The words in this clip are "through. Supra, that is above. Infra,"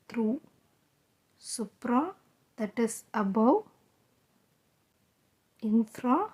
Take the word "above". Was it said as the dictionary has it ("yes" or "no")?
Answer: no